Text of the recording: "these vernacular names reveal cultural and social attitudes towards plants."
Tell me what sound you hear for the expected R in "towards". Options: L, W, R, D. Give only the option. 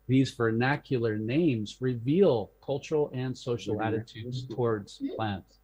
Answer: R